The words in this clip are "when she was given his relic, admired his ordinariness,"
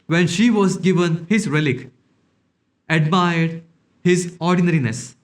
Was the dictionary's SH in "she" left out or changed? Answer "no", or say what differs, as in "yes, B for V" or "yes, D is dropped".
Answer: no